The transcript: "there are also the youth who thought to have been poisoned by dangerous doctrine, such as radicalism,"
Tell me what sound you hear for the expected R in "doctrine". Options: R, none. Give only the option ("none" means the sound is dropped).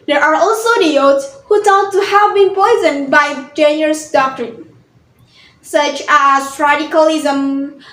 R